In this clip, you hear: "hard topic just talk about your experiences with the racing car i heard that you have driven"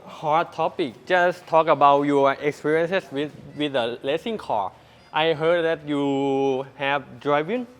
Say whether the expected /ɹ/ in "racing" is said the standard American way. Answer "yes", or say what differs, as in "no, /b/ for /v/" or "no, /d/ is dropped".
no, /l/ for /ɹ/